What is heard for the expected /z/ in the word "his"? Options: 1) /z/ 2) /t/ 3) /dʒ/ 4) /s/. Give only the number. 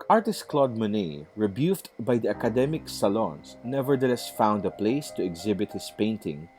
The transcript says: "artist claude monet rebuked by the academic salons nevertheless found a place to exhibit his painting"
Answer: 4